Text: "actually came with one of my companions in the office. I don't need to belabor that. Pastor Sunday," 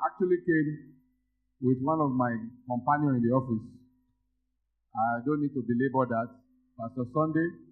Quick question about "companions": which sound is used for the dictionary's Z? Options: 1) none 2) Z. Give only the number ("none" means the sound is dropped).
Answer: 1